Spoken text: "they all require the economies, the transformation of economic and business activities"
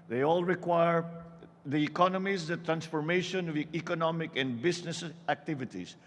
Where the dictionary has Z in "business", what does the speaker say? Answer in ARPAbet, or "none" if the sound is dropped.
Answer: S